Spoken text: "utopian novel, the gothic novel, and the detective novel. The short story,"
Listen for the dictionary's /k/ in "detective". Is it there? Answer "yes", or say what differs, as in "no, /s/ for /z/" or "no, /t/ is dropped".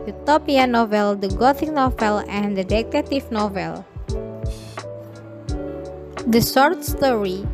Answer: no, /k/ is dropped